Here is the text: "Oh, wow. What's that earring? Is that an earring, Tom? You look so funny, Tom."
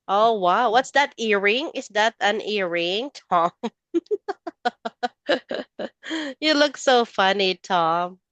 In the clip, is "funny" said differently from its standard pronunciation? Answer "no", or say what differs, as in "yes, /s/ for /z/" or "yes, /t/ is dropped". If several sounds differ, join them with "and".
no